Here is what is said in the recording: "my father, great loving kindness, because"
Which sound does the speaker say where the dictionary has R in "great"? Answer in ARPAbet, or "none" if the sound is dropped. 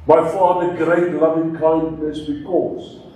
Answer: R